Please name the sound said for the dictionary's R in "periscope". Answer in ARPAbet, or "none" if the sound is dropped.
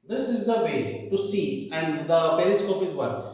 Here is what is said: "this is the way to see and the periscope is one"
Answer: L